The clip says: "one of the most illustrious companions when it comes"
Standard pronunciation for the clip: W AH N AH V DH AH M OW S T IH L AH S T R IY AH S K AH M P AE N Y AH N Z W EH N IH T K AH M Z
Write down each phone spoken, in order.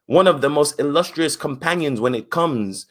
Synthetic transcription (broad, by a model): W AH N AH V DH AH M OW S T IH L AH S T R IY AH S K AH M P AE N Y AH N Z W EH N IH T K AH M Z